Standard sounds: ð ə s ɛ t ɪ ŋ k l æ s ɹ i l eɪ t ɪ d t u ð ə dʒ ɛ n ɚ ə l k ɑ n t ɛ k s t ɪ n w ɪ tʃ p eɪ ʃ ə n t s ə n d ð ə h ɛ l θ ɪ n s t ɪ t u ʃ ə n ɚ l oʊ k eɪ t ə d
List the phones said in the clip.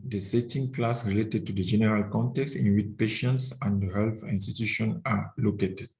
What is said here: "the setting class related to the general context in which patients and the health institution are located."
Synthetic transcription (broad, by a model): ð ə s ɛ t ɪ ŋ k l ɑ s ɹ i l eɪ t ɪ d t u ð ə dʒ ɛ n ɚ ə l k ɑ n t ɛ k s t ɪ n w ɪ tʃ p eɪ ʃ ə n t s ə n d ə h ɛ l f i n s t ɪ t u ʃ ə n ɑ l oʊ k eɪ t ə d